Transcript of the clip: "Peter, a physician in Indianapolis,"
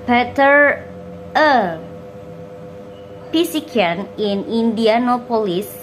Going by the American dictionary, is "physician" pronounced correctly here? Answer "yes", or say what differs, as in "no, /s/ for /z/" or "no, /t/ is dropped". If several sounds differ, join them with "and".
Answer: no, /p/ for /f/ and /s/ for /z/